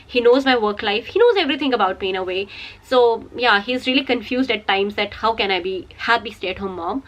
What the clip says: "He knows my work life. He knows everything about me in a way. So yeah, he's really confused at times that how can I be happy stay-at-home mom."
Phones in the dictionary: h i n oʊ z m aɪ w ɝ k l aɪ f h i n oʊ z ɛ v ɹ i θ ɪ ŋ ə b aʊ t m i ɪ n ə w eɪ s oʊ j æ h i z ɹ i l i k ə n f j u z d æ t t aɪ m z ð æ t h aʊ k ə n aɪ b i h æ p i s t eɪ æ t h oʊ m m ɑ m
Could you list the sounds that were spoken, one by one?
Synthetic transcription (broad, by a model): h i n oʊ z m aɪ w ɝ k l aɪ f h i n oʊ z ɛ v ɹ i t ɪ ŋ ə b aʊ t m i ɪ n ə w eɪ s oʊ j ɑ h i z ɹ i l i k ə n f j u z d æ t t aɪ m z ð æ t h aʊ k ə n aɪ b i h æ b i s t eɪ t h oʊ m m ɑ m